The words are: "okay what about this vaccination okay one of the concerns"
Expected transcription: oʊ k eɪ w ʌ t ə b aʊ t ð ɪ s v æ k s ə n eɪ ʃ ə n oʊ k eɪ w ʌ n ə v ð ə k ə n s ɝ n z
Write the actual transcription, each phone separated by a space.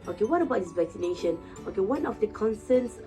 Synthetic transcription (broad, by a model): oʊ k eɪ w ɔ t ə b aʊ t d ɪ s v æ k s ə n eɪ ʃ ə n oʊ k eɪ w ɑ n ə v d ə k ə n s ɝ n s